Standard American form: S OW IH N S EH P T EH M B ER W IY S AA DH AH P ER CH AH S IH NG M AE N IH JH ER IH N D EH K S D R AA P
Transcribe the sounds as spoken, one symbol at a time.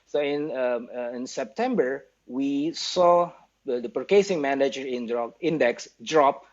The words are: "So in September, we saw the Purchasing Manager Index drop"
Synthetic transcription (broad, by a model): S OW IH N S EH P T EH M B ER W IY S AA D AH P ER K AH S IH NG M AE N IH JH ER IH N D EH K S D R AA P